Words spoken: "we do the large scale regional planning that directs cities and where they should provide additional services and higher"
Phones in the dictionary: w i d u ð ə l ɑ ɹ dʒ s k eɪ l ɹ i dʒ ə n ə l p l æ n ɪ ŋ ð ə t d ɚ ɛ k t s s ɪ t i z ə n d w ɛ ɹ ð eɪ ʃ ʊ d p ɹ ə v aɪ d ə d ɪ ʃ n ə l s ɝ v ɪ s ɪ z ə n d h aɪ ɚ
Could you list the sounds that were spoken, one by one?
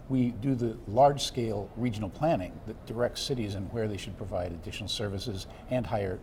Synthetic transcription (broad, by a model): w i d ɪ ð ə l ɑ ɹ dʒ s k eɪ l ɹ i dʒ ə n l p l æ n ɪ ŋ ð ə t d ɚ ɛ k t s s ɪ t i z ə n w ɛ ɹ ð eɪ ʃ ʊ d p ɹ ə v aɪ d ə d ɪ ʃ n l s ɝ v ɪ s ɪ z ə n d h aɪ ɚ